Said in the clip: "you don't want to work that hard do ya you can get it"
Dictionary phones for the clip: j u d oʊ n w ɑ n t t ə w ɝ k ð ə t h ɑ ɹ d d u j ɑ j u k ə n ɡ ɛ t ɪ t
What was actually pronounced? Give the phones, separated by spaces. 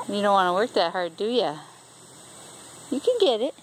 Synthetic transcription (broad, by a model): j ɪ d oʊ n w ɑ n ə w ɝ k ð ə t h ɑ ɹ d d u j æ j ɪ k ə n ɡ ɛ t ɪ t